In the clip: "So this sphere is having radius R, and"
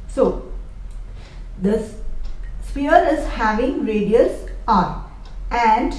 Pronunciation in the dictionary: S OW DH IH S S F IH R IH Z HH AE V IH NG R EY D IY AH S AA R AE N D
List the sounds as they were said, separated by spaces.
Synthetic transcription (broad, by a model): S OW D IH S S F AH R IH Z HH AE V IH NG R EY D IY AH S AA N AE N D